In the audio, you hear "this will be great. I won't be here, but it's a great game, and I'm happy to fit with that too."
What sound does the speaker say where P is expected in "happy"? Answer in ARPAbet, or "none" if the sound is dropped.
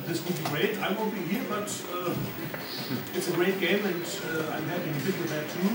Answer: none